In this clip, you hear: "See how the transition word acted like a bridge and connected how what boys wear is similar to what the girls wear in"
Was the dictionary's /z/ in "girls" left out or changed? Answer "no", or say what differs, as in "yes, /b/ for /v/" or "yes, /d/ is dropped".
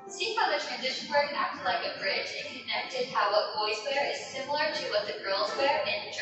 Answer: no